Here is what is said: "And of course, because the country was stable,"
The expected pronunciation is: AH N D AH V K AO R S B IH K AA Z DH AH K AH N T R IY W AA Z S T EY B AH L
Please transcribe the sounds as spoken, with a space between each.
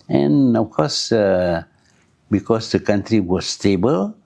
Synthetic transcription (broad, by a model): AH N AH F K AO S B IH K AA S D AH K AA N T R IY W AA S T EY B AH L